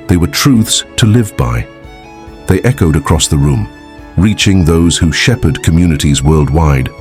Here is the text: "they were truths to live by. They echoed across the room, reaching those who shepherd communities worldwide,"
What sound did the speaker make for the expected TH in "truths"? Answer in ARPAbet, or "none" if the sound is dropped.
TH